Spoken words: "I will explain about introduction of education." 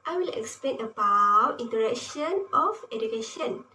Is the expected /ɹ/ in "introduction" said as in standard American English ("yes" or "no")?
no